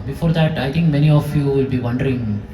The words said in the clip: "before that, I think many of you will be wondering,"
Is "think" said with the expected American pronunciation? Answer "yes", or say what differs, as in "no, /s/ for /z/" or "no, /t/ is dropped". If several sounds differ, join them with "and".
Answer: no, /t/ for /θ/